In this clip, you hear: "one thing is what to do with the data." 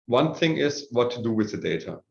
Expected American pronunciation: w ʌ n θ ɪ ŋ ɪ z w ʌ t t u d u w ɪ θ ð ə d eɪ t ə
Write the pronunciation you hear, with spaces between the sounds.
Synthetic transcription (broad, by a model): w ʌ n θ ɪ ŋ ɪ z w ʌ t t u d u w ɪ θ ð ə d eɪ t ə